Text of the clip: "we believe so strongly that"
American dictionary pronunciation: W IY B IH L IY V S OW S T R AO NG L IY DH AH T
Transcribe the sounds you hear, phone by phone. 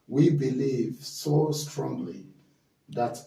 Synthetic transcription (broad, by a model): W IY B IH L IY V S OW S T R AO NG L IY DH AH T